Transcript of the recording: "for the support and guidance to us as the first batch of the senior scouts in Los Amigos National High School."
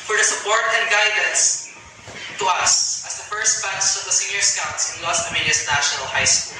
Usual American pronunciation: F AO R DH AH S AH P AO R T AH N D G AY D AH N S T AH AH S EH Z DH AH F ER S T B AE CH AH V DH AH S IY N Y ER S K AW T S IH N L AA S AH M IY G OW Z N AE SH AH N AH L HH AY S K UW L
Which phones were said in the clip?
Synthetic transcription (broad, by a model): F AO R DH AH S AH P AO R T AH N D G AY D AH N S T AH AH S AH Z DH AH F ER S T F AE S AH V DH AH S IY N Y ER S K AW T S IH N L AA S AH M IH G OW S N AE SH AH N AH L HH AY S K UW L